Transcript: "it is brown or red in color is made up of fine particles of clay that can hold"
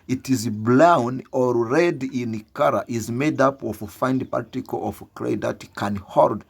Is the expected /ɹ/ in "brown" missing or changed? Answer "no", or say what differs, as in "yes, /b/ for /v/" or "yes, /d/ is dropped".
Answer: yes, /l/ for /ɹ/